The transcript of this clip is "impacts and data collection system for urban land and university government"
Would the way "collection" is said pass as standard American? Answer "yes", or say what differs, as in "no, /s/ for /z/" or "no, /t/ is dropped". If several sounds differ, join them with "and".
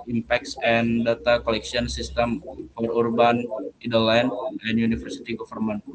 no, /s/ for /ʃ/